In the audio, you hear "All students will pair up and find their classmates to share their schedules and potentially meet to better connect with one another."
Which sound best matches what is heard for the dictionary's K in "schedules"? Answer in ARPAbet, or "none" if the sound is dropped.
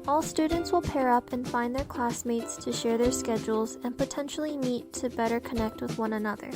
K